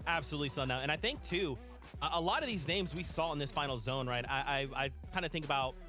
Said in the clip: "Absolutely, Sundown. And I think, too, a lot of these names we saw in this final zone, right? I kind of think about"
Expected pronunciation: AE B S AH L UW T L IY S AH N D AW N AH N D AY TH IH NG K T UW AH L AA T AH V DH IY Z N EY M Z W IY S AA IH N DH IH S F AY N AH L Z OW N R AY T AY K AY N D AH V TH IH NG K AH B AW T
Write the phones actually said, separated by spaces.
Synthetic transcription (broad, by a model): AE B S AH L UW T L IY S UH N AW AH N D AY TH IH NG K T UW AH L AA T AH V DH IY Z N EY M Z W IY S AA IH N DH IH S F AY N L Z OW N R AY T AY K AY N D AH TH IH NG K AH B AW T